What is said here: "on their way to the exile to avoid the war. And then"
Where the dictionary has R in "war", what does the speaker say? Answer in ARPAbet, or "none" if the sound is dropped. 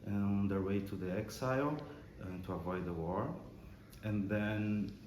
R